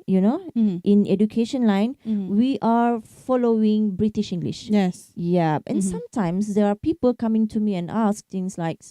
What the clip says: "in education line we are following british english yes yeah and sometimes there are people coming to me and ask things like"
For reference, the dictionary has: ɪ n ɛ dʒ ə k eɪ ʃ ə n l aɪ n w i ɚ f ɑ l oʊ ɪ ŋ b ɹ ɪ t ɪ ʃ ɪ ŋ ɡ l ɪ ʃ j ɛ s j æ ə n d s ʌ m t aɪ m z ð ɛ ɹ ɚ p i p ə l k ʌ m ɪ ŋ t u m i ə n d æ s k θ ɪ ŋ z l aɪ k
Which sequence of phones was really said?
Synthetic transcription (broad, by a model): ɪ n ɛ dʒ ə k eɪ ʃ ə n l aɪ n w i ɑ f ɑ l oʊ ɪ ŋ b ɹ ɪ t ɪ ʃ ɪ ŋ ɡ l ɪ ʃ j ɛ s j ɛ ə n s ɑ m t aɪ m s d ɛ ɹ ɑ p i p ə l k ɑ m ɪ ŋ t u m i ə n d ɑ s k t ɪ ŋ s l aɪ k